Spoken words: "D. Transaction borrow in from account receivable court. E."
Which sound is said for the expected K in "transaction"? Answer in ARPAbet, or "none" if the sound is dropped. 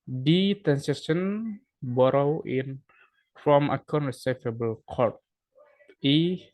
none